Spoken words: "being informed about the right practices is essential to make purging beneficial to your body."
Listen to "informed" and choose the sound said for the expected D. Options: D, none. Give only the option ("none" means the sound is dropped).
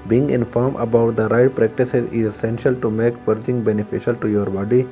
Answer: none